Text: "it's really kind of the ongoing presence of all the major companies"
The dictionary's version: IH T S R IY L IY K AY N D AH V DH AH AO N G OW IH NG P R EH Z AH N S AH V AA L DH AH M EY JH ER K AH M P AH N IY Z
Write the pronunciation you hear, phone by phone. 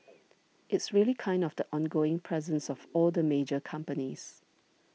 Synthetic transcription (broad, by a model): IH T S R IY L IY K AY N D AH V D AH AO N G OW IH NG P R EH Z AH N S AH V AA L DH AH M EY JH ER K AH M P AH N IY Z